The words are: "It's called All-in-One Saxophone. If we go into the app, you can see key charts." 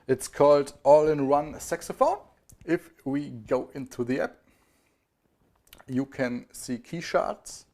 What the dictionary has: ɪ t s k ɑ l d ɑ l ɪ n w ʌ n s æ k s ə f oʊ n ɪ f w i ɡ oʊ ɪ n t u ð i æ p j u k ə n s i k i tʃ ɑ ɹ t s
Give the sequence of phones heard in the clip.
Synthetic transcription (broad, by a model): ɪ t s k ɑ l d ɑ l ɪ n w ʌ n s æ k s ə f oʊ ɪ f w i ɡ oʊ ɪ n t u ð i æ p j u k ə n s i k i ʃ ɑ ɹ t s